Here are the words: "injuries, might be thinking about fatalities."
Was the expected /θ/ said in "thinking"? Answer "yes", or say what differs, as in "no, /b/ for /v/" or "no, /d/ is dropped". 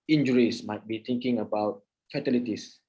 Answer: no, /t/ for /θ/